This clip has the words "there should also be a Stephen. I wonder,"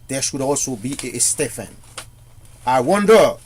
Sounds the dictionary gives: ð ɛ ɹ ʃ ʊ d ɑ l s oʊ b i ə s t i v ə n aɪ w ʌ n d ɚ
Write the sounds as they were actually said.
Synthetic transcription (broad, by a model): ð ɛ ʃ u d ɑ l s oʊ b i ə s t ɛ f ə n aɪ w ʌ n d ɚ